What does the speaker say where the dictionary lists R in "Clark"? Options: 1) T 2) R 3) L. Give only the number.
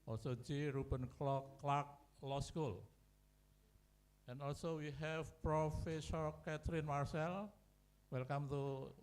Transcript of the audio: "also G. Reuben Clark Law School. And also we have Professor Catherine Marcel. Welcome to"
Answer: 3